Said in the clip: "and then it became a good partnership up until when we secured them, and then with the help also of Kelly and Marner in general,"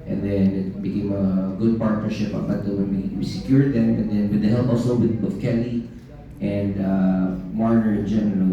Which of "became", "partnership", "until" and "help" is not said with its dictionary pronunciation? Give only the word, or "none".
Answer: until